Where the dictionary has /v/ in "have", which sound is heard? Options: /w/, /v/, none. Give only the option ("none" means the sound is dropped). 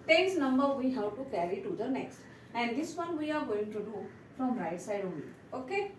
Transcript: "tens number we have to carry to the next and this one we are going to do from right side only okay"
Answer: /w/